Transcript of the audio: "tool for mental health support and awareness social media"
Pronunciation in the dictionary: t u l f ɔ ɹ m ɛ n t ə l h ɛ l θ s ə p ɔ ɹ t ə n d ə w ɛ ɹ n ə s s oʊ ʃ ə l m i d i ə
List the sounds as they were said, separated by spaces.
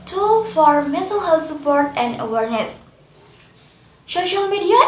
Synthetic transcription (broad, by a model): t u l f ɔ ɹ m ɛ n t ə l h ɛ l t s ə p ɔ ɹ t ə n d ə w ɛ ɹ n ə s s oʊ ʃ ə l m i d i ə